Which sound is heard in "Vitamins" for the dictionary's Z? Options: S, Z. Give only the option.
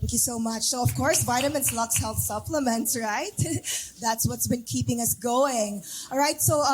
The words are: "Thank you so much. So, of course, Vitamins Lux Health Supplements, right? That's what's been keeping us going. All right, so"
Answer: S